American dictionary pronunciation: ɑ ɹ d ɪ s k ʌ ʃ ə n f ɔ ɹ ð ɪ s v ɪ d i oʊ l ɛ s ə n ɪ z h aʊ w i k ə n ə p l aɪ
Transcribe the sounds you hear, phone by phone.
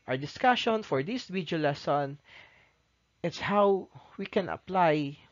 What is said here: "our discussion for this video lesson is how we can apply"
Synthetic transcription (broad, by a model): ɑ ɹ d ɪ s k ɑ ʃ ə n f ɔ ɹ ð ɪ s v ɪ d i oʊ l ɛ s ə n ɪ s h aʊ w i k ə n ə p l aɪ